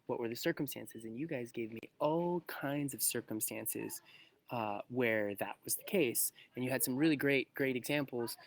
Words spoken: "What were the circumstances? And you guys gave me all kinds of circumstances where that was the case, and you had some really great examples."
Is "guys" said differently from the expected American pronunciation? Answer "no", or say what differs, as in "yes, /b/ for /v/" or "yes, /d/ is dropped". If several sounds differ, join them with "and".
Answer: no